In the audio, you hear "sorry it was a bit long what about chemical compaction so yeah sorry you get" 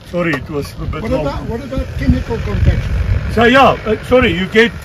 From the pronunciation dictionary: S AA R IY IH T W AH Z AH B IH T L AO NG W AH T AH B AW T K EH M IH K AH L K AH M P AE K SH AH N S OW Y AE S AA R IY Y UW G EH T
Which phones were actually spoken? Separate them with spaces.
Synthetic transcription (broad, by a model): S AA R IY IH T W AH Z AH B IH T W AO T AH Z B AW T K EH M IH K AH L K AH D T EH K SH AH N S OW Y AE S AA R IY Y UW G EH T